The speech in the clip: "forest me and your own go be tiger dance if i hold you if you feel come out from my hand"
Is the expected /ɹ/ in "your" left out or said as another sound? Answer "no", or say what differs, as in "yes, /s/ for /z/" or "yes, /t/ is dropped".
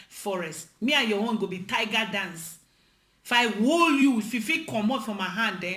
yes, /w/ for /ɹ/